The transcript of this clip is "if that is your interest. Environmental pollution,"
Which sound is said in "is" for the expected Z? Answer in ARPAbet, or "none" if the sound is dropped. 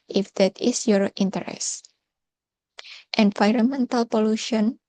S